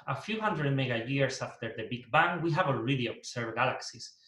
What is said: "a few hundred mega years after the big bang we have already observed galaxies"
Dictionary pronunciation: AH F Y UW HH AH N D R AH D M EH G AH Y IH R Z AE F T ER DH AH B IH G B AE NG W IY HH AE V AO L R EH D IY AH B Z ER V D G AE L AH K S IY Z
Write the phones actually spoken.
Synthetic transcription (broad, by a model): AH F Y UW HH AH N D R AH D M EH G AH Y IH R S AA F T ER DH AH B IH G B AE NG W IY HH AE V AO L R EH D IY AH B S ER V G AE L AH K S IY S